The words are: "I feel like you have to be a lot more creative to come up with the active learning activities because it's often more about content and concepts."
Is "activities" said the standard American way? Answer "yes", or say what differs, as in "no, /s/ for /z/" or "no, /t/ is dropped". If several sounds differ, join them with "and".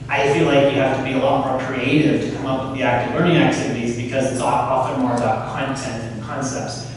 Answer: yes